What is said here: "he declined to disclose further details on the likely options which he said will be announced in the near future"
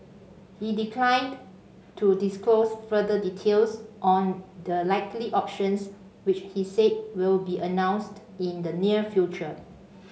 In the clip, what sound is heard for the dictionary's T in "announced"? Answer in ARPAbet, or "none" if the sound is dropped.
T